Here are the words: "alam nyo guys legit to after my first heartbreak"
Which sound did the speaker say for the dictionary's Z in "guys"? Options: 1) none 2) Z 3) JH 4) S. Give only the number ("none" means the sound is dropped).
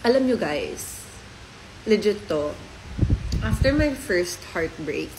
4